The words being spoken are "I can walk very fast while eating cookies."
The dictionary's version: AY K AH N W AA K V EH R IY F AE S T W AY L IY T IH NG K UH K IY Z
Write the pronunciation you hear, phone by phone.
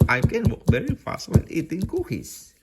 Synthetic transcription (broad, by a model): AY K AH N W AA K V EH R IY F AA S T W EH N IY T IH NG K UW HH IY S